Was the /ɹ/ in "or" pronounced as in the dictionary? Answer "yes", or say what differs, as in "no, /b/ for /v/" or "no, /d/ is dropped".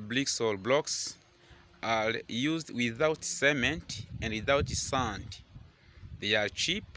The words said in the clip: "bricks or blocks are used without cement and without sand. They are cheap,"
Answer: no, /l/ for /ɹ/